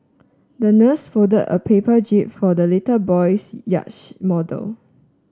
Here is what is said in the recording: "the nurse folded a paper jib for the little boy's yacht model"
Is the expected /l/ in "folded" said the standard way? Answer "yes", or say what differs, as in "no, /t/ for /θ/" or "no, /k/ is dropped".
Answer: no, /l/ is dropped